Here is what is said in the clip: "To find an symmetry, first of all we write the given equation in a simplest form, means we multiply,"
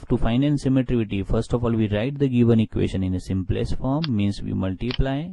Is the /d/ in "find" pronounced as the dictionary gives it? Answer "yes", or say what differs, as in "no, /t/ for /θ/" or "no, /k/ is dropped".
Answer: no, /d/ is dropped